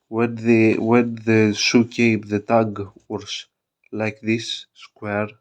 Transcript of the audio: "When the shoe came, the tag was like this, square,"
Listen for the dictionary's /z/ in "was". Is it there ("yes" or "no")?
no